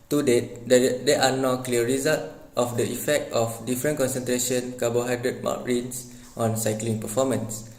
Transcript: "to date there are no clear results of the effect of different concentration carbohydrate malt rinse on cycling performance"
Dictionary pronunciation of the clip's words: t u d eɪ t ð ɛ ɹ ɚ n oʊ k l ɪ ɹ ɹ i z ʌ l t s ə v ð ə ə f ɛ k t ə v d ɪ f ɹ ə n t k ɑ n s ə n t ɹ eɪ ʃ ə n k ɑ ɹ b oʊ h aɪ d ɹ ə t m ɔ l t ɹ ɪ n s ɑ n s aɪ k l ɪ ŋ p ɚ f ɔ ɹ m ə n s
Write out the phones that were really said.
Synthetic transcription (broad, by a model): t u d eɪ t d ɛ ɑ n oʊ k l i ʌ ɹ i z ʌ l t ə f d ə ə f ɛ k t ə f d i f ɹ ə n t k ɑ n s ə n t ɹ eɪ ʃ ə n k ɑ b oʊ h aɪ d ɹ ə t m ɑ t ɹ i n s ɑ n s aɪ k l ɪ ŋ p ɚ f ɔ m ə n s